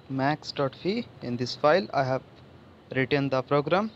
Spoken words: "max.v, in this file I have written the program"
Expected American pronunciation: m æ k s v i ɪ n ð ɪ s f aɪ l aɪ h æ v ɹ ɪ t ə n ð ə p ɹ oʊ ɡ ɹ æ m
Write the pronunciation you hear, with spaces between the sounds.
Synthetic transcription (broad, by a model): m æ k s f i ɪ n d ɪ s f aɪ l aɪ h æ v ɹ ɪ t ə n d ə p ɹ oʊ ɡ ɹ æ m